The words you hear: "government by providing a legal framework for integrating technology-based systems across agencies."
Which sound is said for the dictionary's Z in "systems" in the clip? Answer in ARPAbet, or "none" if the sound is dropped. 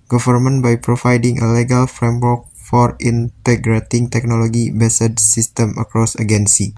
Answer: none